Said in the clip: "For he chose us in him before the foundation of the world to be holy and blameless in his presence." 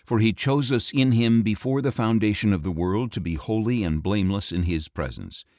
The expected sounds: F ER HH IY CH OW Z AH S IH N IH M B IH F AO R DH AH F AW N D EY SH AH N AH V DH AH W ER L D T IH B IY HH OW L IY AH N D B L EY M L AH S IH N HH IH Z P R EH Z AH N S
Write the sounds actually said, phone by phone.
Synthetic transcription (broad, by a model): F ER IY CH OW Z AH S IH N IH M B IH F AO R DH AH F AW N D EY SH AH N AH V DH AH W ER L D T IH B IY HH OW L IY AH N B L EY M L AH S IH N IH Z P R EH Z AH N S